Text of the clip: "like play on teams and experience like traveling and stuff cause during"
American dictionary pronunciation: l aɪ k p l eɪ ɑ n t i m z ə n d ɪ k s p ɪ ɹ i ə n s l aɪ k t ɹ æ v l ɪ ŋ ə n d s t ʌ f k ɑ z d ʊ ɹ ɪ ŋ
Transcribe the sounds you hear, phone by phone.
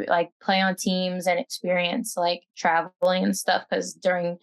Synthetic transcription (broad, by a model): l aɪ k p l eɪ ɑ n t i m z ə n ɪ k s p ɪ ɹ i ə n s l aɪ k t ɹ æ v l ɪ ŋ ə n s t ʌ f k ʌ z d ʊ ɹ ɪ ŋ